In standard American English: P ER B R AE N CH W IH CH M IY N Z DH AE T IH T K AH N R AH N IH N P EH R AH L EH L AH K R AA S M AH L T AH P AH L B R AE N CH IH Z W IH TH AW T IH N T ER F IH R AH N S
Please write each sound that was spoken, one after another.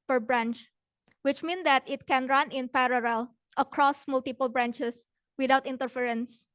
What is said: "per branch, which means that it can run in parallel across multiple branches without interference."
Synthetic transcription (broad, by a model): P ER B R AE N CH W IH CH M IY N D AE T IH T K AH N R AH N IH N P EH R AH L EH L AH K R AA S M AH L T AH P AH L B R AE N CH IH S W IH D AW T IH N T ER F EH R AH N S